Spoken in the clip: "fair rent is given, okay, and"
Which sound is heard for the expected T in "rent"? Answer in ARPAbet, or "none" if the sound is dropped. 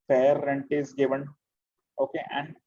T